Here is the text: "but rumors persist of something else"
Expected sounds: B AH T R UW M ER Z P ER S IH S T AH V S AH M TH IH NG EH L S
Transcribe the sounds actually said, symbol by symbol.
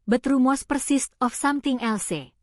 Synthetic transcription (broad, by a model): B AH T R UW M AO S P ER S IH S T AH F S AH M T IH NG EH L S